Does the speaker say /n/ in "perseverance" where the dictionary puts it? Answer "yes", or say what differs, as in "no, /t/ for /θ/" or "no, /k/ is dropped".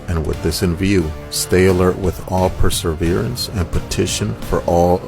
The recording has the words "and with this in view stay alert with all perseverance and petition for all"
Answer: yes